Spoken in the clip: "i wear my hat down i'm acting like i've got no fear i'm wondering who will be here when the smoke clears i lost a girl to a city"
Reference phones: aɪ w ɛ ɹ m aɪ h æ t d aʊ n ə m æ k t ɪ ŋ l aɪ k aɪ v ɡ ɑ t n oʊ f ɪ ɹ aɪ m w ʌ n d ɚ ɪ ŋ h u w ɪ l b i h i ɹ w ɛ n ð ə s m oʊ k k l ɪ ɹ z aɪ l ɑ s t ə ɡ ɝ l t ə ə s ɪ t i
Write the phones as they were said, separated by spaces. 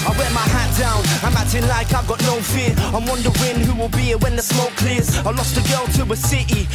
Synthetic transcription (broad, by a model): aɪ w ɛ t m aɪ h æ t d aʊ n ə m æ t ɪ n l aɪ k aɪ v ɡ ɑ t n oʊ f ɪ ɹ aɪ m w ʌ n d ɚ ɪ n h u w ɪ l b i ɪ w ɛ n ð ə s m oʊ k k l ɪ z aɪ l ɑ s t ə ɡ ɝ l t ə ə s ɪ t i